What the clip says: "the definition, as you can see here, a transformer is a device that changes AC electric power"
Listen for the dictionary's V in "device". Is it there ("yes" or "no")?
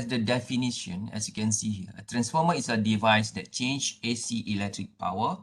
yes